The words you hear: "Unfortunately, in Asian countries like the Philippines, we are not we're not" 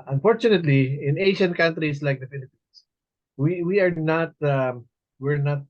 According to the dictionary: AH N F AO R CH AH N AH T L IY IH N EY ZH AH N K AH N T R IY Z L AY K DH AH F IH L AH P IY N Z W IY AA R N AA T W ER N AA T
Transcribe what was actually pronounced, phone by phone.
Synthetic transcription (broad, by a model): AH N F AO R CH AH N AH T L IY IH N EY SH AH N K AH N T R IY S L AY K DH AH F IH L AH P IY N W W IY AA R N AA T W ER N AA T